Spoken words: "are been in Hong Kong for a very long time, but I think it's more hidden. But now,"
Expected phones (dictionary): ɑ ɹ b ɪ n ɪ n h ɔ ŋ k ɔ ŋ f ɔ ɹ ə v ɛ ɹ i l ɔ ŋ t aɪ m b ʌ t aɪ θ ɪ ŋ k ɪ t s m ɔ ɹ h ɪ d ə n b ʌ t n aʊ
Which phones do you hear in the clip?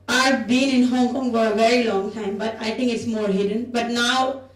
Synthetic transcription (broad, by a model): ɑ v b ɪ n ɪ n h ɔ ŋ k ɔ ŋ f ɔ ɹ ə v ɛ ɹ i l ɔ ŋ t aɪ m b ʌ t aɪ t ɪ ŋ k ɪ t s m ɔ ɹ h ɪ d ə n b ʌ t n aʊ